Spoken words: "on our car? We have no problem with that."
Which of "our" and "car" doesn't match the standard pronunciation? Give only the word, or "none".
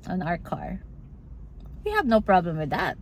none